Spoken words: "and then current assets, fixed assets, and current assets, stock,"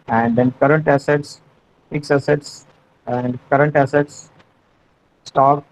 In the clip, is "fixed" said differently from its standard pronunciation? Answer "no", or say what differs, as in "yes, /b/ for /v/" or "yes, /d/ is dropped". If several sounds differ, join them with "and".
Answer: yes, /t/ is dropped